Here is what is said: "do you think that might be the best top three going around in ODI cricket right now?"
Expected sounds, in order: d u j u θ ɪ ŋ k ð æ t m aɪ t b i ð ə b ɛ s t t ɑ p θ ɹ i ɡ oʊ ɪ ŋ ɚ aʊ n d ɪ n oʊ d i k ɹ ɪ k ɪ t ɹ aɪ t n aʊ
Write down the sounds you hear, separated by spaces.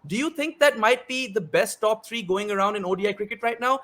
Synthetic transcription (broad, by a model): d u j u t ɪ ŋ k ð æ t m aɪ t b i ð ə b ɛ s t t ɑ p t ɹ i ɡ oʊ ɪ ŋ ɚ aʊ n d ɪ n oʊ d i k ɹ ɪ k ɪ t ɹ aɪ t n aʊ